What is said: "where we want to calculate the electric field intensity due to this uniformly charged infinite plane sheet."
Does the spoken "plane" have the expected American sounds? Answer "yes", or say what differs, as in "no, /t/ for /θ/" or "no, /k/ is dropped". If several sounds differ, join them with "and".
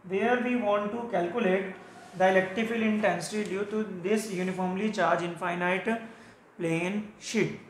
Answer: yes